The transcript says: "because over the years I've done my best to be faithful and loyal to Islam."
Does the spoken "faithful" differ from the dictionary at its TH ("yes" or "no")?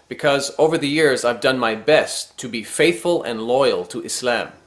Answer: no